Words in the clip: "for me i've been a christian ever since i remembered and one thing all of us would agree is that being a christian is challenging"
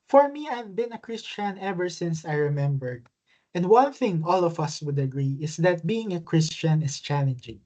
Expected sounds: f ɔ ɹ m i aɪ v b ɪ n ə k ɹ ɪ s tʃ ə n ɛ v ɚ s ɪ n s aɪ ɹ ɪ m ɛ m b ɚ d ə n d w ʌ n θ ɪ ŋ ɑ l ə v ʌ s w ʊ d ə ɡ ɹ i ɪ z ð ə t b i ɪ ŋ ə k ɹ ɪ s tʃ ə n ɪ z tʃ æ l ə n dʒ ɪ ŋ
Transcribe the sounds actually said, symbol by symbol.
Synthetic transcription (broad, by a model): f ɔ ɹ m i aɪ v b ɪ n ə k ɹ ɪ s tʃ ə n ɛ v ɚ s ɪ n s aɪ ɹ ɪ m ɛ m b ɚ d ə n d w ʌ n θ ɪ ŋ ɑ l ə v ʌ s w ʊ d ə ɡ ɹ i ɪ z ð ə t b i ɪ ŋ ə k ɹ ɪ s tʃ ə n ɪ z tʃ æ l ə n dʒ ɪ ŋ